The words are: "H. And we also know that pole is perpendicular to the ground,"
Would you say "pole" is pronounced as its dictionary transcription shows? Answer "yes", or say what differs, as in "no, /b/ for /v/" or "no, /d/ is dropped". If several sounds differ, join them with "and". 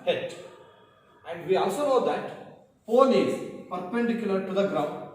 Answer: no, /n/ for /l/